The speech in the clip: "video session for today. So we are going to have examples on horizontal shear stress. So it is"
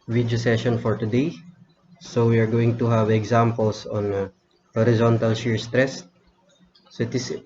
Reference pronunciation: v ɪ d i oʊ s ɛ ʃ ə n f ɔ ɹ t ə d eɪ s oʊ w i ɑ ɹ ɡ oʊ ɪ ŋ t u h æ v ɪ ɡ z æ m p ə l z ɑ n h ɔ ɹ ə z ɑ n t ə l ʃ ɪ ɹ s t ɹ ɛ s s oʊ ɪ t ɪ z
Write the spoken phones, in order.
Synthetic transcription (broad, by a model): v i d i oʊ s ɛ ʃ ə n f ɔ ɹ t ə d eɪ s oʊ w i ɑ ɹ ɡ oʊ ɪ ŋ t u h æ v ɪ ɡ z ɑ m p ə l s ɑ n h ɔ ɹ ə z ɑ n t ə l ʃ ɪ ɹ s t ɹ ɛ s s oʊ ɪ t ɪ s